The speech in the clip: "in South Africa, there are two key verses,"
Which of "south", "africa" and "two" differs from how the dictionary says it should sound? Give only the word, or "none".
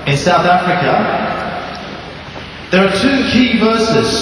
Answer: none